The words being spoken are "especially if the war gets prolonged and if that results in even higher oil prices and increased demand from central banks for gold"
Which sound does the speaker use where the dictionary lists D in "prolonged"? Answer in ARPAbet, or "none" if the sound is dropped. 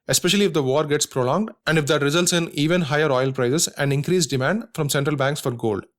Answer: D